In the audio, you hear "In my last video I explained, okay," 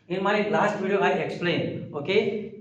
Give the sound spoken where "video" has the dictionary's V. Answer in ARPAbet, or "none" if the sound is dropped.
B